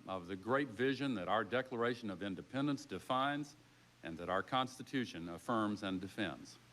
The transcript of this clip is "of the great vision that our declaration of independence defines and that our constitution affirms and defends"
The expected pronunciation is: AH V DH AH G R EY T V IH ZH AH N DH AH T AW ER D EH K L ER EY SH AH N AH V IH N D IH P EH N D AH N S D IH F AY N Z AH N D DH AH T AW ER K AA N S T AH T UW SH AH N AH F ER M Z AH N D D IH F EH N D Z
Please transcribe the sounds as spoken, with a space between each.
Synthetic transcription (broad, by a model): AH V DH AH G R EY T V IH ZH AH N DH AH T AW ER D EH K L ER EY SH AH N AH V IH N D IH P EH N D AH N S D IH F AY N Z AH N DH AH T AW ER K AA N S T AH T UW SH AH N AH F ER M Z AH N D D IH F EH N D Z